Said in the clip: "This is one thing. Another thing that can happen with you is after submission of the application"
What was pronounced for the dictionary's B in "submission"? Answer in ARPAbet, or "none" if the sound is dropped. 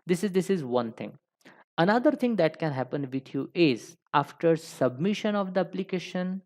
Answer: B